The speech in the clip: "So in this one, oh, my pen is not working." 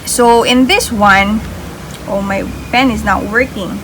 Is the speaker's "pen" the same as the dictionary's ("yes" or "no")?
no